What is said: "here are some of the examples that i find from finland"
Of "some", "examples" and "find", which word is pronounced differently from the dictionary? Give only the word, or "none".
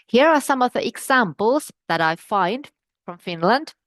none